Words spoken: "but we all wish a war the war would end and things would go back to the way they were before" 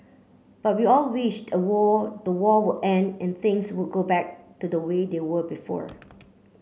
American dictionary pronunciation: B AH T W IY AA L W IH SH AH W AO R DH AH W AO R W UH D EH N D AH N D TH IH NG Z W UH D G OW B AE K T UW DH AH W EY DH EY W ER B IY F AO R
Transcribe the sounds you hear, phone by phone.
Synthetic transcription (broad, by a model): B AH T W IY AA L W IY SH AH W AO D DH AH W AO W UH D EH N D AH N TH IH NG S W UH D G OW B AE K T UW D AH W EY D EY W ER B IY F AO R